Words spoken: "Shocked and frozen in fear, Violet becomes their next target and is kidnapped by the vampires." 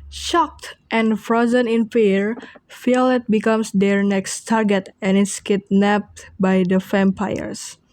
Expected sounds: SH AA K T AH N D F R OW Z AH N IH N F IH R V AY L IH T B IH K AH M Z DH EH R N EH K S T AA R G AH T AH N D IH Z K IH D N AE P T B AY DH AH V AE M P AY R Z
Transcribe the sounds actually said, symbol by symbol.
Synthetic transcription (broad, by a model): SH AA K T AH N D F R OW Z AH N IH N F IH R F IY L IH T B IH K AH M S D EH R N EH K S T AA R G AH T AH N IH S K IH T N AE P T B AY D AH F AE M P AY R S